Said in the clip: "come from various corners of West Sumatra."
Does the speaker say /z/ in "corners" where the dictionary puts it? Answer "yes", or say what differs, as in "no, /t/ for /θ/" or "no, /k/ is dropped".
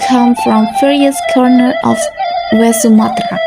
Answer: no, /z/ is dropped